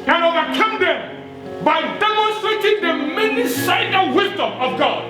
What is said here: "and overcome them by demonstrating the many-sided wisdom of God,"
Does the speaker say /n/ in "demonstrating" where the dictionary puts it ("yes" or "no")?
no